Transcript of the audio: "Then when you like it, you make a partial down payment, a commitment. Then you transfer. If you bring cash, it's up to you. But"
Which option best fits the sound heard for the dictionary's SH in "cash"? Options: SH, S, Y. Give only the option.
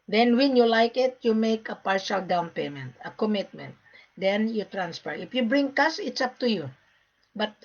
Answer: S